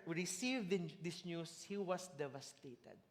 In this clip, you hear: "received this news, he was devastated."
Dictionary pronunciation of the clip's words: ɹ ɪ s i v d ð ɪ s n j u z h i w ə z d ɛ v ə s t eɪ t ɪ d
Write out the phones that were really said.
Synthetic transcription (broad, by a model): ɹ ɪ s i v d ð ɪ s n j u s h i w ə s d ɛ v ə s t eɪ t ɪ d